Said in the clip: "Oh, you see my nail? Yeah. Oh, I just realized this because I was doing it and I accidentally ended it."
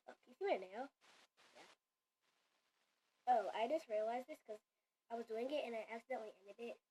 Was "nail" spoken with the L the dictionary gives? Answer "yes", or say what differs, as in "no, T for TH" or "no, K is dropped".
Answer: no, N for L